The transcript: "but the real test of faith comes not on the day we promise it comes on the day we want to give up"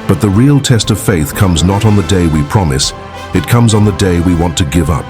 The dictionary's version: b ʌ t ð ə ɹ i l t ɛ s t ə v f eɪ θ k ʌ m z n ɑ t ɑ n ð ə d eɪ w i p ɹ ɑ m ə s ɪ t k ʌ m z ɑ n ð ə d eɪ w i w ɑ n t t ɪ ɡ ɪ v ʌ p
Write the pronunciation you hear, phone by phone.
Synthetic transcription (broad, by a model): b ʌ t ð ə ɹ i l t ɛ s t ə v f eɪ θ k ʌ m z n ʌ t n ð ə d eɪ w i p ɹ ɑ m ə s ɪ t k ʌ m z n ð ə d eɪ w i w ɑ n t t ɪ ɡ ɪ v ʌ p